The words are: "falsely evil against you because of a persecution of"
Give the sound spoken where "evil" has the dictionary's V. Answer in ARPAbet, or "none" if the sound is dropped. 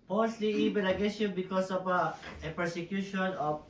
B